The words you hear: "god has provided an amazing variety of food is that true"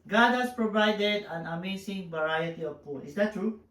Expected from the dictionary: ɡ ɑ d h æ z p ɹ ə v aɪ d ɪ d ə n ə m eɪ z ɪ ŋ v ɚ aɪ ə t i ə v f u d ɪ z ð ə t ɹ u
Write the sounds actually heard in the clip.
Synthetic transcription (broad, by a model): ɡ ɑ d h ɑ s p ɹ ə v aɪ d ɪ d ə n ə m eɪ s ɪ ŋ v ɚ aɪ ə t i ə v p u ɪ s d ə t ɹ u